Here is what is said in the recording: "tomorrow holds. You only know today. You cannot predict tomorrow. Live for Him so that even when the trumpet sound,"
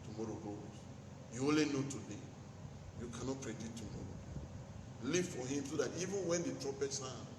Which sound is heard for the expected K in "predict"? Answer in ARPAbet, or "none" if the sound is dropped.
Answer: none